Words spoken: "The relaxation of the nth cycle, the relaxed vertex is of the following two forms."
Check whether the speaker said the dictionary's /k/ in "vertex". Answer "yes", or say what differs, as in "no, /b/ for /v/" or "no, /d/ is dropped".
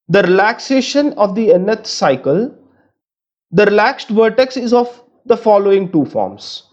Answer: yes